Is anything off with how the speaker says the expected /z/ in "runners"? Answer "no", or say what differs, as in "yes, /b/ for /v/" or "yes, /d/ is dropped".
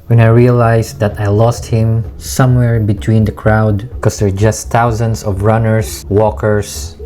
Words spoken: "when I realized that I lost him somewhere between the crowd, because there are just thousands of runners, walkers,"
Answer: yes, /s/ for /z/